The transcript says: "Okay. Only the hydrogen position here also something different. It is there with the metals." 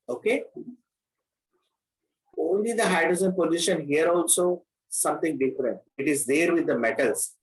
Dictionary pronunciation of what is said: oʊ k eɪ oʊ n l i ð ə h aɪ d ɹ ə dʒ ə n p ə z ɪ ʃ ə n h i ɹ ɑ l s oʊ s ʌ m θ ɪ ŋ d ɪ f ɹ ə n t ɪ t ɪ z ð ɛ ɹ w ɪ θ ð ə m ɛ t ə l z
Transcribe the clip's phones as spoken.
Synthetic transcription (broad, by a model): oʊ k eɪ oʊ n l i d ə h aɪ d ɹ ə z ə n p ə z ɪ ʃ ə n h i ɹ ɑ l s oʊ s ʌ m t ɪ ŋ d ɪ f ɹ ə n t ɪ t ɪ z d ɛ ɹ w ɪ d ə m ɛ t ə l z